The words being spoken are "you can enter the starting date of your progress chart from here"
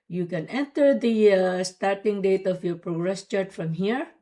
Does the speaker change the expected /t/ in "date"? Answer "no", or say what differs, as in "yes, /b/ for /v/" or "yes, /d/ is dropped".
no